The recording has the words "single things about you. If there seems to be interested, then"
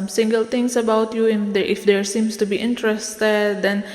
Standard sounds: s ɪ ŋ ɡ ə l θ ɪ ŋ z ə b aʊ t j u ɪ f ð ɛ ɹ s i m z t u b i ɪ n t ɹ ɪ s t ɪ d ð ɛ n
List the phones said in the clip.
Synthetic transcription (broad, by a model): s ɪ ŋ ɡ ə l t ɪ ŋ s ə b aʊ t j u ɪ f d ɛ ɹ s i m s t u b i ɪ n t ɹ ɪ s t ɪ d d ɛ n